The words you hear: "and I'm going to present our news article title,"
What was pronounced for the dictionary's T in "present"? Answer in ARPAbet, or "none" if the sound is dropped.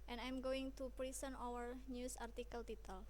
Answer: none